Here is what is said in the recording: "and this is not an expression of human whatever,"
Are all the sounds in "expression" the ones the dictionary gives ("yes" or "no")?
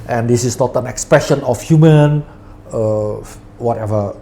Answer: yes